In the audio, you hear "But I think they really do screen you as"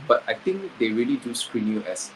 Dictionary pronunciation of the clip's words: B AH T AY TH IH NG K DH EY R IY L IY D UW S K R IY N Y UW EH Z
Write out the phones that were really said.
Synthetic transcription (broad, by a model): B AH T AY T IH NG K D EY R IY L IY D UW S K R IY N Y UW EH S